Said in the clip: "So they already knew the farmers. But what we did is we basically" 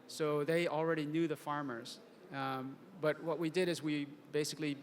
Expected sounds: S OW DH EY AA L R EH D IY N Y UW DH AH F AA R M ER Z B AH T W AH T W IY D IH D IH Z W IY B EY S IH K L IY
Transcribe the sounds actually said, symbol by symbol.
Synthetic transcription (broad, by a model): S OW DH EY AA L R EH D IY N Y UW DH AH F AA R M ER Z B AH T W AH T W IY D IH D IH Z W IY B EY S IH K L IY